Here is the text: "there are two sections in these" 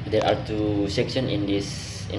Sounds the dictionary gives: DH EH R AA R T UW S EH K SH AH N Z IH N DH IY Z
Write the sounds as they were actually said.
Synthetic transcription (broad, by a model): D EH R AA R T UW S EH K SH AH N IH N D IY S